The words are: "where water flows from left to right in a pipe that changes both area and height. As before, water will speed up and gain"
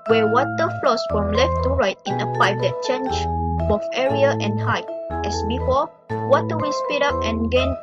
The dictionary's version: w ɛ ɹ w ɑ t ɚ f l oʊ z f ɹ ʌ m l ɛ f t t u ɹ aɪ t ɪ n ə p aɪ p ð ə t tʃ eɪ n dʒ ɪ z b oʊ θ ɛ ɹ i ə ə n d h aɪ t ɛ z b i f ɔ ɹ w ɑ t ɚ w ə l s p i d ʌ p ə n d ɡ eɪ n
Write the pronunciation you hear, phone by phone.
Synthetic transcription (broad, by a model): w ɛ w ɑ t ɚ f l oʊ s f ɹ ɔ m l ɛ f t t u ɹ aɪ t ɪ n ə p aɪ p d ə t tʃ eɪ n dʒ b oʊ f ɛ ɹ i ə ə n h aɪ t ɛ s b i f ɔ l w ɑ t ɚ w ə s p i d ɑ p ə n ɡ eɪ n